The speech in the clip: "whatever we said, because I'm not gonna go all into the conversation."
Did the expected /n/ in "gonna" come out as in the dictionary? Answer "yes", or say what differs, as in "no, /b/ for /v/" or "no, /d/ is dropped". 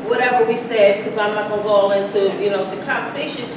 no, /l/ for /n/